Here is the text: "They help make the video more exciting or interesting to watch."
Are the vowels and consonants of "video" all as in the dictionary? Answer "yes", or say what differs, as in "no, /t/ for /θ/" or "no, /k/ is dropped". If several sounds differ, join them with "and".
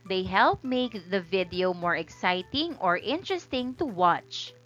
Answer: yes